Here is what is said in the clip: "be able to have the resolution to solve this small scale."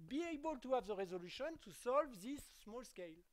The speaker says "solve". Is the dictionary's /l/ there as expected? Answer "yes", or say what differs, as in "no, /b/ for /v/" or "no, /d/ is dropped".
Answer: yes